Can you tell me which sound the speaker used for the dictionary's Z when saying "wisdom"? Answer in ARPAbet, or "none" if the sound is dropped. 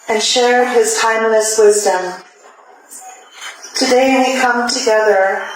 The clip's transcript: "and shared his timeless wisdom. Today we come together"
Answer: Z